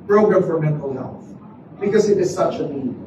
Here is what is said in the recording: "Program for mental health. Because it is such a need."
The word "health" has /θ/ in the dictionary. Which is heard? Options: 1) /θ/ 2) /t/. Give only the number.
1